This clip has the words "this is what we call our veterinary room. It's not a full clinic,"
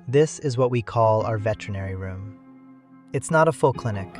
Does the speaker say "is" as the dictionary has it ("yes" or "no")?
yes